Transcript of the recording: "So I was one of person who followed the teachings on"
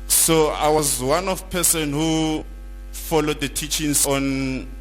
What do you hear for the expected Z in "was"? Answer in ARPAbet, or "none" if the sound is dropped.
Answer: Z